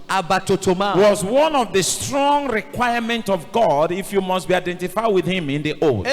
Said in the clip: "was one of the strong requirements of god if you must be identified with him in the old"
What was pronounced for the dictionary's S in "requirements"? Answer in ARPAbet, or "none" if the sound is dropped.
none